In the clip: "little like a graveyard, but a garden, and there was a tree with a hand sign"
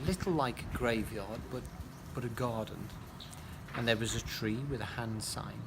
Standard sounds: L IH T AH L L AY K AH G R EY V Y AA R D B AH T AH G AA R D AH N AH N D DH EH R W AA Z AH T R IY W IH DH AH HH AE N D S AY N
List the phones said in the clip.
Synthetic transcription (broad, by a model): L IH T L L AY K AH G R EY V Y AA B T B AH T AH G AA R D N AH N DH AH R W AA Z AH T R IY W IH DH AH HH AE N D S AY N